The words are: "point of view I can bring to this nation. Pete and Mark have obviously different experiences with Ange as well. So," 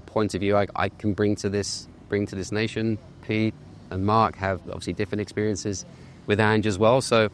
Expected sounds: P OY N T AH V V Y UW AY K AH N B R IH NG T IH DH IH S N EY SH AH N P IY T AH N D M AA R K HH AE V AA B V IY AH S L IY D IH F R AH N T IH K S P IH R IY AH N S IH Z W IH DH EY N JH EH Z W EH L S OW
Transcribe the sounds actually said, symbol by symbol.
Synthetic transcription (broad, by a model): P OY N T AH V V Y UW AY K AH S B R IH NG T IH DH IH S N EY SH AH N P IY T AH N M AA R K HH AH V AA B V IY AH S L IY D IH F R AH N T IH K S P IH R IY AH N S IH Z W IH DH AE N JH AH Z W EH L S OW